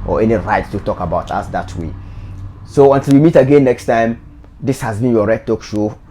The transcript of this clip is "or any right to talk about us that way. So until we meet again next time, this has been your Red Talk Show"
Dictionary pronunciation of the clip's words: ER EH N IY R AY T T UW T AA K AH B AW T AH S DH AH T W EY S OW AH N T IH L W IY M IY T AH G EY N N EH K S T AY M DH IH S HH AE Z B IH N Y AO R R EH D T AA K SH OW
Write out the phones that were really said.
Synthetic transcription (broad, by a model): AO EH N IY R AY T T UW T AA K AH B AW T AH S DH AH T W EY S OW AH N T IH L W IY M IY T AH G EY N N EH K S T AY M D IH S HH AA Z B IH N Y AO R R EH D T AA K SH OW